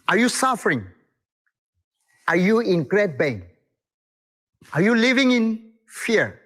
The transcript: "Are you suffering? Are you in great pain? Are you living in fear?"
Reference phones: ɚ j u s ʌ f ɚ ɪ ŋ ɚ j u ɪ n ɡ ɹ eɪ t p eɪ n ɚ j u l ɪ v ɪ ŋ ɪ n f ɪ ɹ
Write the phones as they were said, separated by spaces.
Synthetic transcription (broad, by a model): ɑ j u s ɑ f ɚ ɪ ŋ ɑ j u ɪ n ɡ ɹ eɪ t b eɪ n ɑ j u l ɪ v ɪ ŋ ɪ n f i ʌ